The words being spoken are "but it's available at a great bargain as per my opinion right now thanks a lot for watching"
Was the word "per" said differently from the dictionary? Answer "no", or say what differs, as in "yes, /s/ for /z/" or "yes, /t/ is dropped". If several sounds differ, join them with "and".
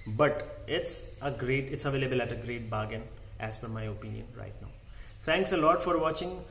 yes, /f/ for /p/